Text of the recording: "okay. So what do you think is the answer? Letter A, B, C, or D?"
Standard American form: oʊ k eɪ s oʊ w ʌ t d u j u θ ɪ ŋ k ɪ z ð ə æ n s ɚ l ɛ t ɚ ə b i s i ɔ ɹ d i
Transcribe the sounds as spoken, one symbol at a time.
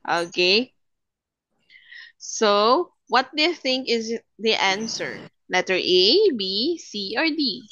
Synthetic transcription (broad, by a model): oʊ k eɪ s oʊ w ʌ t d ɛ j θ ɪ ŋ k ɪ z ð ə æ n s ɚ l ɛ t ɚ ə b i s i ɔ ɹ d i